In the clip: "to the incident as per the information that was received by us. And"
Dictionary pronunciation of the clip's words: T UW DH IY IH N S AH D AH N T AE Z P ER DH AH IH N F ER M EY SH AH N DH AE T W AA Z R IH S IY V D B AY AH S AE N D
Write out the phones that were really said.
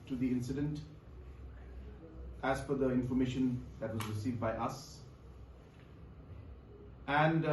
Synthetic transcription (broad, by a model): T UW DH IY IH N S AH D AH N T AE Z F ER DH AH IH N F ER M EY SH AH N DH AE T W AA Z R IH S IY V D B AY AH S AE N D